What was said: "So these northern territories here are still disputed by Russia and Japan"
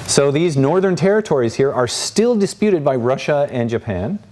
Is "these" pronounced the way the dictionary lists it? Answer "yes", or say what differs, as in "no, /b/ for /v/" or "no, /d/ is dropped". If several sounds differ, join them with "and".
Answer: yes